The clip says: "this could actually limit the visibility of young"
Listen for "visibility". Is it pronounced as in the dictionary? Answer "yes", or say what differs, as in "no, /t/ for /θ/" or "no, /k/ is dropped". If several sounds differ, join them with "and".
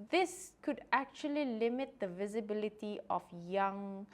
yes